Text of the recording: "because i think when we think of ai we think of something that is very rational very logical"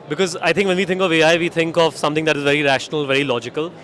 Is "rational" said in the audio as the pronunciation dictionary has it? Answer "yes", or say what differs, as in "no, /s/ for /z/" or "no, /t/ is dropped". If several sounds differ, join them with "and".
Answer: yes